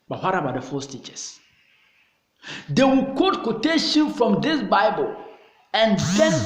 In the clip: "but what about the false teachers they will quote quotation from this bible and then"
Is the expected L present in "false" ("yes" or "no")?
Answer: no